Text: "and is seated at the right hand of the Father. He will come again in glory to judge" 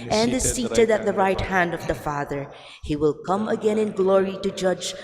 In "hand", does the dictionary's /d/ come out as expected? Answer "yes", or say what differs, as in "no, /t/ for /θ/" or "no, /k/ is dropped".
yes